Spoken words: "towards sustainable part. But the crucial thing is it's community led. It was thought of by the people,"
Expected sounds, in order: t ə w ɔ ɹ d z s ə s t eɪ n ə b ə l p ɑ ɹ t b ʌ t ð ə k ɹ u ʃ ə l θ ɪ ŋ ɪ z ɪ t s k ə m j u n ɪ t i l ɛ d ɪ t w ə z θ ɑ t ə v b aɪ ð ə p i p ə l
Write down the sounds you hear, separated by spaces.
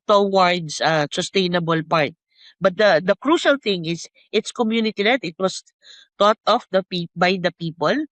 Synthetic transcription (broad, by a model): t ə w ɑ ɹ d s s ə s t eɪ n ə b ə l p ɑ ɹ t b ʌ t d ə k ɹ u ʃ ə l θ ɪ ŋ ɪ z ɪ t s k ə m j u n ɪ t i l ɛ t ɪ t w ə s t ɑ t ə p b aɪ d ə p i p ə l